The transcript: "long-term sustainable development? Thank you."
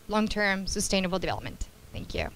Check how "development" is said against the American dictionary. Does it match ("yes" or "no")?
yes